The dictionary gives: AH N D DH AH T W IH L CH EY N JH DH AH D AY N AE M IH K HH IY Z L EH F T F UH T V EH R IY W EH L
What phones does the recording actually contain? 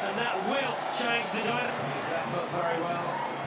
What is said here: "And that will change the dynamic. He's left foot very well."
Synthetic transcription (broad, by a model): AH N DH AH T W IH L CH EY N JH DH AH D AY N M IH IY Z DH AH T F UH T V EH R IY W EH L